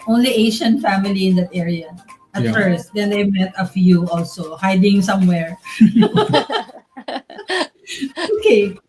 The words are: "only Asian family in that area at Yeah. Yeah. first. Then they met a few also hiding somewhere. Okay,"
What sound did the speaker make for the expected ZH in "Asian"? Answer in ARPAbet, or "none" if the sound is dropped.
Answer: SH